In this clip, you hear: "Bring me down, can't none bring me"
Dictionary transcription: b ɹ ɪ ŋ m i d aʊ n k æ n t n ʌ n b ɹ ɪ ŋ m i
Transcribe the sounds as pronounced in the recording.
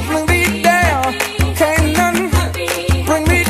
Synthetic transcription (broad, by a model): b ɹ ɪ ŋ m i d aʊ l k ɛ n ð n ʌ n b ɹ ɪ ŋ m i